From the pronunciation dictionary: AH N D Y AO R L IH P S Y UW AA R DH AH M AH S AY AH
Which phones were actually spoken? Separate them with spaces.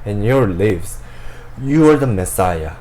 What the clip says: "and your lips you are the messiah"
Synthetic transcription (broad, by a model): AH N Y AO R L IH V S Y UW AA R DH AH M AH S AY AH